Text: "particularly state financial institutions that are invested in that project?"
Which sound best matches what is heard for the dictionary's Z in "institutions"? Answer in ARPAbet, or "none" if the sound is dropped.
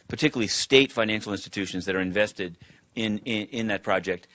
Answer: Z